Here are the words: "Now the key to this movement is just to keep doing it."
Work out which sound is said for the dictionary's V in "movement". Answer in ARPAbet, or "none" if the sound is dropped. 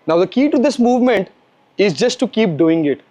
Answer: V